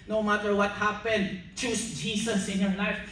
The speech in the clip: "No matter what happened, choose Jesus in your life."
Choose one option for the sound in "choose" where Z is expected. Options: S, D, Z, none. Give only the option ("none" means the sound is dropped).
S